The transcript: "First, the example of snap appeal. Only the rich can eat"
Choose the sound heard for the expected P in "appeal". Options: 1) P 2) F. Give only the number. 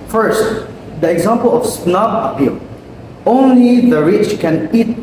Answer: 1